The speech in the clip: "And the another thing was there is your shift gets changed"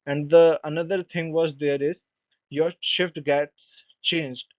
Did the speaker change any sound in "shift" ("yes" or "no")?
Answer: no